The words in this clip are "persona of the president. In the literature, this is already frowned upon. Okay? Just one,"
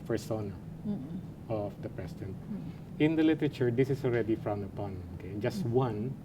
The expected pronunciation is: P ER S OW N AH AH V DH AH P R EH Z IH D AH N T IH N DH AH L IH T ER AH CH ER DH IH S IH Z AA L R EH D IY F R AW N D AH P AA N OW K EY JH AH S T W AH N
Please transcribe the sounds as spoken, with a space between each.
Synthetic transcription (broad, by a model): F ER S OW N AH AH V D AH P R EH S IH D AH N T IH N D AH L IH T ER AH CH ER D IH S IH S AA L R EH D IY F R AW N D AH P AA N OW K EY JH AH S T W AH N